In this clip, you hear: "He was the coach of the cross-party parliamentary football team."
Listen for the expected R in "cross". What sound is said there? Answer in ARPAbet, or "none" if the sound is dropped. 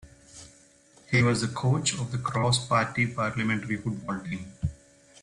R